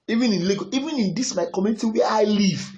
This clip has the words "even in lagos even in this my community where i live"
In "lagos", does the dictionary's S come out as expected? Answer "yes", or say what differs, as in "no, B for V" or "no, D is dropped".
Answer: no, S is dropped